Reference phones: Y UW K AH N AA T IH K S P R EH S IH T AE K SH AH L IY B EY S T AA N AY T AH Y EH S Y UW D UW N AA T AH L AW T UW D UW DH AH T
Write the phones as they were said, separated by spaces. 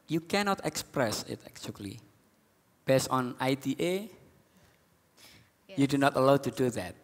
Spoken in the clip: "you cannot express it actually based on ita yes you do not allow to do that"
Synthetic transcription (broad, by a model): Y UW K AH N AA T IH K S P R EH S IH T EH K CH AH L IY B EY S T AA N AY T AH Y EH Y UW D UW N AA T AH L AW T UW D UW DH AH T